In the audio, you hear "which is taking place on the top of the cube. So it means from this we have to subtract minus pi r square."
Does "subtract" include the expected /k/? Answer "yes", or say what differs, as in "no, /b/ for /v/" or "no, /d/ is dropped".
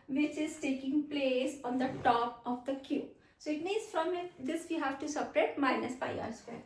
no, /k/ is dropped